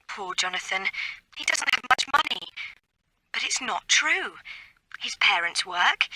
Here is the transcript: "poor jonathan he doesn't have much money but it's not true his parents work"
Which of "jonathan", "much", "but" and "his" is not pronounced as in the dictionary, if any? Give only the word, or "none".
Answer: none